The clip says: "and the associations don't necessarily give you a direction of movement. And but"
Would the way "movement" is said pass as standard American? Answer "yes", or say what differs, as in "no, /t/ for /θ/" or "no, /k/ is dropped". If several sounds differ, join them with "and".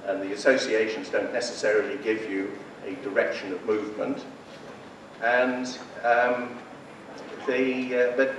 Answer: yes